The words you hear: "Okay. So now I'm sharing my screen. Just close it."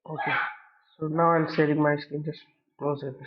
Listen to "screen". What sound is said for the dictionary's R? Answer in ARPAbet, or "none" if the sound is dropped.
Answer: none